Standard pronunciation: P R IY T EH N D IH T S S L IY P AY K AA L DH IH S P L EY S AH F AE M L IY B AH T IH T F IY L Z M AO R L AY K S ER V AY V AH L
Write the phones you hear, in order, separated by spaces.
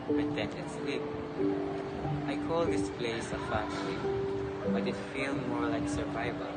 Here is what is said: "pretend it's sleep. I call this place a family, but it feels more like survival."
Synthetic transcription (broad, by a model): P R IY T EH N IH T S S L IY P AY K AA L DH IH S P L EY S AH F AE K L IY B AH T IH T F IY L M AO R L AY K S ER V AY V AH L